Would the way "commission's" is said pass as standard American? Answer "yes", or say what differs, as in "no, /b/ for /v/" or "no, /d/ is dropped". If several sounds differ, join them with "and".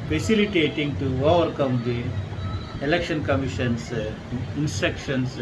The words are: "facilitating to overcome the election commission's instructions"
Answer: no, /s/ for /z/